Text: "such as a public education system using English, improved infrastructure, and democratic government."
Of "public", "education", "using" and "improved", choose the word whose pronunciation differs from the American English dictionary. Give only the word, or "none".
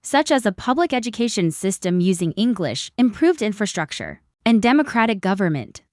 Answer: none